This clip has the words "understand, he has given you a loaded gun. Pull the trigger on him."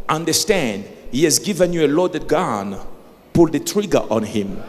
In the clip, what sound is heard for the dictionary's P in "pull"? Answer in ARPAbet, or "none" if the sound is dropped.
P